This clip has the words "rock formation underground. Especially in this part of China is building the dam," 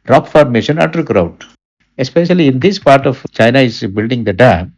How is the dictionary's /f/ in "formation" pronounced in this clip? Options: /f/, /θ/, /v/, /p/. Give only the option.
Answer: /f/